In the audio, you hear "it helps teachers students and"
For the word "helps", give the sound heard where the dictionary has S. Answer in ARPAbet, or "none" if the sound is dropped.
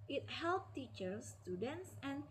none